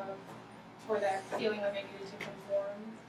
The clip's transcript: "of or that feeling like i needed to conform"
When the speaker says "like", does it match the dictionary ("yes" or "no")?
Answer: no